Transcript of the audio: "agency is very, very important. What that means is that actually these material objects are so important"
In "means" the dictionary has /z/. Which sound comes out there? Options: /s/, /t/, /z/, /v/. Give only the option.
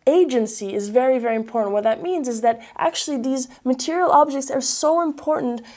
/z/